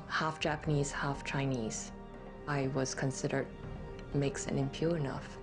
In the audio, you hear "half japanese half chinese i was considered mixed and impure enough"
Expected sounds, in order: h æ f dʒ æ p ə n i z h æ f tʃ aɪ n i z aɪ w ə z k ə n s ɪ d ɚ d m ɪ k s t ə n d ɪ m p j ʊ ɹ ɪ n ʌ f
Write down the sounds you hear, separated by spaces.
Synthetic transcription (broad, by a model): h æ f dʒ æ p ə n i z h æ f tʃ aɪ n i z aɪ w ə z k ə n s ɪ d ɚ d m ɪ k s ə n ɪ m p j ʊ ɹ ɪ n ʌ f